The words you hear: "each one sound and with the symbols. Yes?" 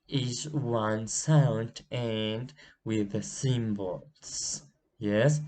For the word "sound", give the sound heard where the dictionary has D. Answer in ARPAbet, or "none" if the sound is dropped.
D